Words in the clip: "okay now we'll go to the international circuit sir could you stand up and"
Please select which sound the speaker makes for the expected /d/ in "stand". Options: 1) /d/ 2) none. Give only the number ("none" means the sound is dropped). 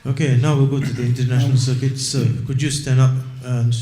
2